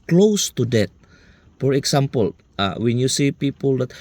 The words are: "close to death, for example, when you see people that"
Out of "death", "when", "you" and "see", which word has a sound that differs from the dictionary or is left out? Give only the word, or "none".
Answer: death